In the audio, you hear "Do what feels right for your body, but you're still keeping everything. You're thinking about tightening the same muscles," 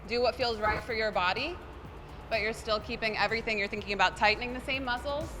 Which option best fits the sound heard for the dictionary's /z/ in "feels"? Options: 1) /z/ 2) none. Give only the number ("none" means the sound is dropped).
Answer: 1